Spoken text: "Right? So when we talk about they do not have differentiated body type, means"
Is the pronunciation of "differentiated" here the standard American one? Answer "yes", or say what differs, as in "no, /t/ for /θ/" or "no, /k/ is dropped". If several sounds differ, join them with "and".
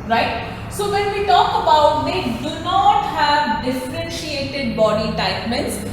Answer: yes